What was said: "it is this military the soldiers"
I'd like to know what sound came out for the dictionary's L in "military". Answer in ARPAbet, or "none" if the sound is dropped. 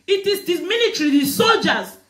N